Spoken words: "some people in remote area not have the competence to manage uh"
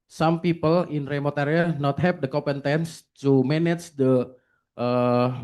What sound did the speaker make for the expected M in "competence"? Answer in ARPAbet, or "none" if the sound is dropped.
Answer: none